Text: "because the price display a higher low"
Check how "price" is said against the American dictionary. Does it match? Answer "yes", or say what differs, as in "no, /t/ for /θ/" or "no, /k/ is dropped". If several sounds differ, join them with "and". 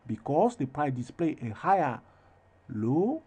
no, /s/ is dropped